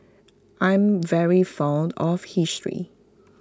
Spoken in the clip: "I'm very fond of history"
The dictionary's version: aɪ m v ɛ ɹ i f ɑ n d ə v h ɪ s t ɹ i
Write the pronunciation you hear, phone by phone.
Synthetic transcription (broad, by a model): aɪ m v ɛ ɹ i f ɑ n d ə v h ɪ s t ɹ i